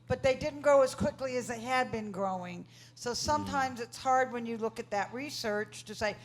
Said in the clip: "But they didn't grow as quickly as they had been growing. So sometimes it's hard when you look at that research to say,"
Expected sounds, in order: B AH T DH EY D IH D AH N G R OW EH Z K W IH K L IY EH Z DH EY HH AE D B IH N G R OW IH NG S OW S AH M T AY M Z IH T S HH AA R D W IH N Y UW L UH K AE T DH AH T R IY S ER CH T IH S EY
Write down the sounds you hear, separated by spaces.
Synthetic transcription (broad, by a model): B AH T DH EY D IH D N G OW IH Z K W IH K L IY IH Z DH EY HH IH D B IH N G R OW IH NG S OW S AH M T AY M Z IH T S HH AA R D W IH N Y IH L UH K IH T DH AH T R IY S ER CH T IH S EY